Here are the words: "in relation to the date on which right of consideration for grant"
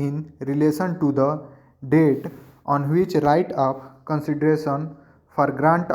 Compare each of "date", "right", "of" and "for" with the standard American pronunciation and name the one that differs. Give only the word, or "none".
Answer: of